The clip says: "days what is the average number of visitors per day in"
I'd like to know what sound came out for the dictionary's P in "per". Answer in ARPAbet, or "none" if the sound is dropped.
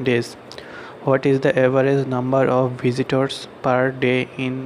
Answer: P